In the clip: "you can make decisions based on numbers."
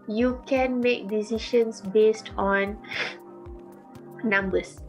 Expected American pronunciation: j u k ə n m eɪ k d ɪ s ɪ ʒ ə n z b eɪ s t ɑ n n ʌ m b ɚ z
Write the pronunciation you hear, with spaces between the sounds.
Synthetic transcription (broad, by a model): j u k ə n m eɪ k d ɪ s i ʃ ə n s b eɪ s t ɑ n n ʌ m b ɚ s